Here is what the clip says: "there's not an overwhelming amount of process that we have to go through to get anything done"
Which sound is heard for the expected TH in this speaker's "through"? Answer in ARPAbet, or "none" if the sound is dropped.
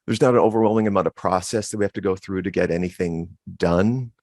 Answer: TH